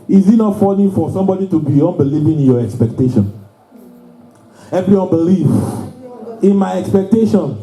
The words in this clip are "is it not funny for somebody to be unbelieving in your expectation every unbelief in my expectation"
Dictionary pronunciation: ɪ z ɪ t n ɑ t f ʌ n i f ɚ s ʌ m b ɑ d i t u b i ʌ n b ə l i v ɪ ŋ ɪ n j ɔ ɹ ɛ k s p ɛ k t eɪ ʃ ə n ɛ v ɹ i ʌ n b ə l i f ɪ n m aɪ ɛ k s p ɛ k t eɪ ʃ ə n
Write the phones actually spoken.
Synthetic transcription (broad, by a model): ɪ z ɪ t n ɑ t f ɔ l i f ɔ s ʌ m b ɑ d i t u b i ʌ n b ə l i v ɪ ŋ ɪ n j ɔ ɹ ɛ k s p ɛ k t eɪ ʃ ə n ɛ v ɹ i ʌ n b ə l i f ɪ n m aɪ ɛ k s p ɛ k t eɪ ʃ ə n